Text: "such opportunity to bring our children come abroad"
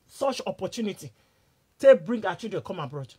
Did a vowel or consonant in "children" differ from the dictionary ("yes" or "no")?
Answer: yes